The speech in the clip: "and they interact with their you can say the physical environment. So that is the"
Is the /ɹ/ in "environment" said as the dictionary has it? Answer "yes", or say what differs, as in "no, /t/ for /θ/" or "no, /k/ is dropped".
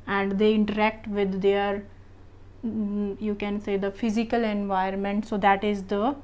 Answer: no, /ɹ/ is dropped